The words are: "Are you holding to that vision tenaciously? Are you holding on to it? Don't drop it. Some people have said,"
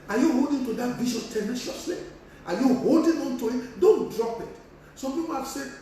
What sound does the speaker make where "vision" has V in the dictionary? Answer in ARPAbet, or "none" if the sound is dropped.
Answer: B